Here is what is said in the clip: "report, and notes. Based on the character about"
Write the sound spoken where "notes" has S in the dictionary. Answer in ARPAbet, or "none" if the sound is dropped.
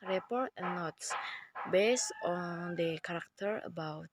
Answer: S